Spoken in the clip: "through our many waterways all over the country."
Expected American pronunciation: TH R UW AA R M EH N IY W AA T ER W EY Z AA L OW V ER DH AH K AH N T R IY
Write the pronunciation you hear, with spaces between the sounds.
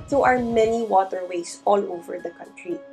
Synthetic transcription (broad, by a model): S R AA R M EH N IY W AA T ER W EY S AA L OW V ER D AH K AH N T R IY